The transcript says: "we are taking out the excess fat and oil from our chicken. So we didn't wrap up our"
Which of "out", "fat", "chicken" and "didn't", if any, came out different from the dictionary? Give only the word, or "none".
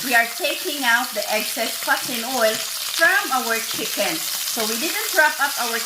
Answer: fat